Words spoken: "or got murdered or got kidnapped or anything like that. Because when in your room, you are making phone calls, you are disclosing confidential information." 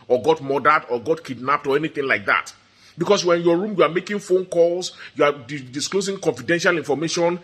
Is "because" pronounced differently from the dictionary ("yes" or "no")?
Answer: yes